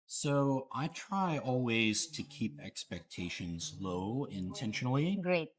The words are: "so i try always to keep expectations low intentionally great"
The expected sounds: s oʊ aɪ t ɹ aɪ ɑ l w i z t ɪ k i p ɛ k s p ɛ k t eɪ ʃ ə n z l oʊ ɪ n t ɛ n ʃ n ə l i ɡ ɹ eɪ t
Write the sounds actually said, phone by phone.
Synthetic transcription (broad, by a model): s oʊ aɪ t ɹ aɪ ɑ l w i z t ɪ k i p ɛ k s p ɛ k t eɪ ʃ ə n z l oʊ ɪ n t ɛ n ʃ n l i ɡ ɹ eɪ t